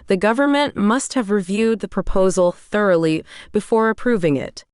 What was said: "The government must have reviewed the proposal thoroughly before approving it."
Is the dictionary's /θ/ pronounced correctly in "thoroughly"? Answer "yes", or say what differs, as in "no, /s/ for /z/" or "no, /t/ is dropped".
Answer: yes